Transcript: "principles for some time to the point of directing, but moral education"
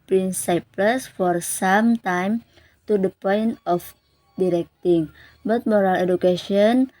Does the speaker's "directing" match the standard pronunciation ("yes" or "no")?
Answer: yes